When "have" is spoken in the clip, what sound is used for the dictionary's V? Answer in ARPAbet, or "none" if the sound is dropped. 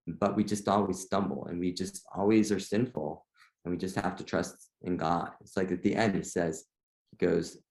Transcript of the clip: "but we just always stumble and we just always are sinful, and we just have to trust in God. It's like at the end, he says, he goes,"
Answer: F